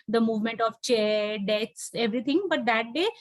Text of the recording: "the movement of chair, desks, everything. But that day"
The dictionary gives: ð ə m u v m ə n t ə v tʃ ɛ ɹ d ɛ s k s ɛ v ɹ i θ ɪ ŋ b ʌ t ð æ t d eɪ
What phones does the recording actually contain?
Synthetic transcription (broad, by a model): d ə m u v m ə n t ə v tʃ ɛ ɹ d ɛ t s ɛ v ɹ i t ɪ ŋ b ʌ t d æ t d eɪ